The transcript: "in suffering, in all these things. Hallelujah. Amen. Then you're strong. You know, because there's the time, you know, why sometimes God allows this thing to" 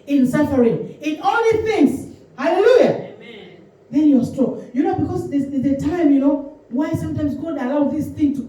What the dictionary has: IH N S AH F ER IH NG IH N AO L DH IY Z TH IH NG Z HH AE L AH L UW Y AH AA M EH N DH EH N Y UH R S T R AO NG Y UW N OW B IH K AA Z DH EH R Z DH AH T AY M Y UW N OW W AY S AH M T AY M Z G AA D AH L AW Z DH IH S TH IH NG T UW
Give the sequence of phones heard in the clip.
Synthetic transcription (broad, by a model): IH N S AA F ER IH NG IH N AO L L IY TH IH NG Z HH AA L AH L UW Y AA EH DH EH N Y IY W S T R AO NG Y UW N OW B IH K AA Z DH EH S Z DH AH T AY M Y UW N OW W AY S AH M T AY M S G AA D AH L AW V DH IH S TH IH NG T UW